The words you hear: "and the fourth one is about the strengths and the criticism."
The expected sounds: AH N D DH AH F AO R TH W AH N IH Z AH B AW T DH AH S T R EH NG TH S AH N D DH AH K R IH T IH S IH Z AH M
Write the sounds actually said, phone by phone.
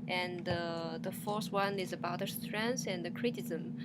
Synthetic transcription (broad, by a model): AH N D DH AH F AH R S W AH N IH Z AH B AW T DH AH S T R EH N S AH N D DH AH K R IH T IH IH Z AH M